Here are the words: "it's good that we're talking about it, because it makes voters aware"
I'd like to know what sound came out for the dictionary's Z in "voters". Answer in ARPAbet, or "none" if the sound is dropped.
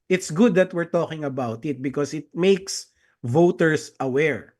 S